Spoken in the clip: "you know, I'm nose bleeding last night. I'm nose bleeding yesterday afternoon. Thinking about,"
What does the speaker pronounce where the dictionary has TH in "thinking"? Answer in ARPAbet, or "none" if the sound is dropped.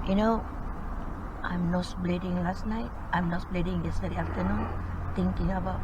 T